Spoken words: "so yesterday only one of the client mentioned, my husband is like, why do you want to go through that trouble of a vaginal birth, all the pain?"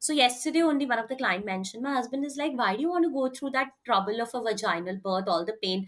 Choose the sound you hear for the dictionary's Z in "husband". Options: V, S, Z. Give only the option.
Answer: Z